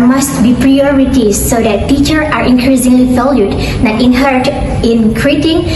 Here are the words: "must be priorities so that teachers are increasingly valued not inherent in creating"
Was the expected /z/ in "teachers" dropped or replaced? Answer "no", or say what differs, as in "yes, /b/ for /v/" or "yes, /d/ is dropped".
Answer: yes, /z/ is dropped